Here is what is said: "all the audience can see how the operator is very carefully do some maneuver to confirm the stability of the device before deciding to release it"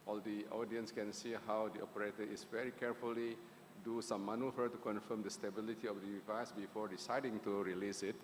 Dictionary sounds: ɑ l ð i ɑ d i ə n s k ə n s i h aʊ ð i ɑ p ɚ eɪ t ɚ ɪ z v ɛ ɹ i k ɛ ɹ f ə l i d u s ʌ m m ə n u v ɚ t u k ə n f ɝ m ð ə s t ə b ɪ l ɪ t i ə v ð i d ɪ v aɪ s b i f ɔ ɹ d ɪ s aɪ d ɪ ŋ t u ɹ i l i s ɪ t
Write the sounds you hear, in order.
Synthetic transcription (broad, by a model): ɑ l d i ɑ d i ə n s k ə n s i h aʊ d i ɑ p ɚ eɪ t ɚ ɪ s v ɛ ɹ i k ɛ ɹ f ə l i d u s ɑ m m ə n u f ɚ t u k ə n f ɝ m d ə s t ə b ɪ l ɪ t i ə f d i d ɪ v aɪ s b i f ɔ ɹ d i s aɪ d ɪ ŋ t u ɹ i l i s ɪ t